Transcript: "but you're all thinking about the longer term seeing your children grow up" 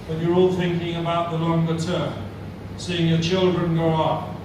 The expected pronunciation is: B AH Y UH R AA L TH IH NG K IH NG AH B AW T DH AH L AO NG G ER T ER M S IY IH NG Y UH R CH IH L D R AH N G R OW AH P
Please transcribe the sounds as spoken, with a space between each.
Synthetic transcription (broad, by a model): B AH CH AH R AA L TH IH NG K IH NG AH B AW T DH AH L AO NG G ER T ER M S IY IH NG Y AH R CH IH L D R AH N G OW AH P